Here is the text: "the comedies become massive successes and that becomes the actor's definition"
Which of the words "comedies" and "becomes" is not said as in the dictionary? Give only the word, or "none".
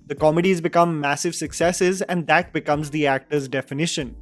none